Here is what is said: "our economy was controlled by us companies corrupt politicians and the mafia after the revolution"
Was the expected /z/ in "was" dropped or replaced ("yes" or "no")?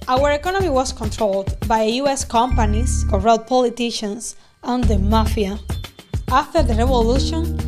yes